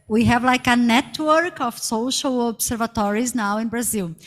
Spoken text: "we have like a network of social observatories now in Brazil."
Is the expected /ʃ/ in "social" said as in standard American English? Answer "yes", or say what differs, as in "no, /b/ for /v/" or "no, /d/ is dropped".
yes